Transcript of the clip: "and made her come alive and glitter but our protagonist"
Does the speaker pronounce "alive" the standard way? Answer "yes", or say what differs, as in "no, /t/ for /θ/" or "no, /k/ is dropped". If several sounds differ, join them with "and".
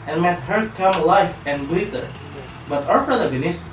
no, /f/ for /v/